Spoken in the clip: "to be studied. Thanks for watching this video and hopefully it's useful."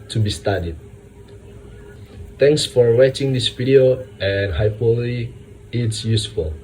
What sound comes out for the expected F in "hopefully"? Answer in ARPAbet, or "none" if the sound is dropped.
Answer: none